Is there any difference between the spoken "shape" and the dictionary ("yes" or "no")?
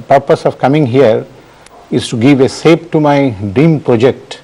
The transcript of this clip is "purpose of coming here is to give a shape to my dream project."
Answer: yes